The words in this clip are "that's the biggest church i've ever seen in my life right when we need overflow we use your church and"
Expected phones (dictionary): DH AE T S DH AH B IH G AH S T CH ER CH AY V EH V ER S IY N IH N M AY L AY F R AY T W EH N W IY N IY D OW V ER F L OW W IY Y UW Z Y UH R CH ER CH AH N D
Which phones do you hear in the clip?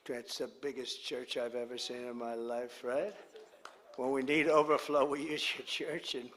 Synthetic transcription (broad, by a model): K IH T S DH AH B IH G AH S CH ER CH AY V EH V ER S IY N IH N M AY L AY F R AY T W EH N W IY N IY D OW V ER F L OW W IY Y UW Z Y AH R CH ER CH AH N